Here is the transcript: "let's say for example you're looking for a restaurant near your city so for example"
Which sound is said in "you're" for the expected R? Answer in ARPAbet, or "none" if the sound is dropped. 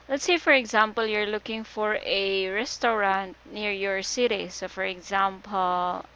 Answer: R